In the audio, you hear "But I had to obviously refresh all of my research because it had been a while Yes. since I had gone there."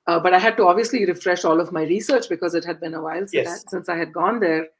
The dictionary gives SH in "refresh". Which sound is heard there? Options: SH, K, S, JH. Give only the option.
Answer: SH